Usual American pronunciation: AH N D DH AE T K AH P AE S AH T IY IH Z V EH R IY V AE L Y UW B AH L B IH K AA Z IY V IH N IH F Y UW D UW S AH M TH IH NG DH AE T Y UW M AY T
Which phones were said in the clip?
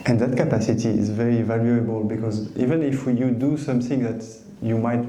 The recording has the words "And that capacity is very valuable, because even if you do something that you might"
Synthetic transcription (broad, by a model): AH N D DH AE T K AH P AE S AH T IY IH Z V EH R IY V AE L Y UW B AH L B IH K AA Z IY V IH N IH F Y UW D UW S AH M TH IH NG DH AE T Y UW M AY T